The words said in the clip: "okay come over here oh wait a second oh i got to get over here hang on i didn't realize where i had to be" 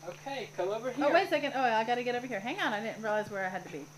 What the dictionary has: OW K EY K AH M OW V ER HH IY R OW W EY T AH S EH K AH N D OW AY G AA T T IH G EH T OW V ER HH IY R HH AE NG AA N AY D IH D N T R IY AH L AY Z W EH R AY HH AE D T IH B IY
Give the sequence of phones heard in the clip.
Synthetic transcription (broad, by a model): OW K EY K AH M OW V ER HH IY OW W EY AH S EH K AH N D OW AY G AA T T IH G EH T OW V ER HH IY R HH AE NG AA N AY D IH D N T R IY L AY Z W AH R AY HH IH D T IH B IY